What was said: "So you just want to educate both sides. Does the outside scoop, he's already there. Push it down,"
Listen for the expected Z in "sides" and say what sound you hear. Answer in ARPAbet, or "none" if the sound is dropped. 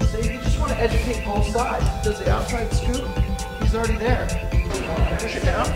none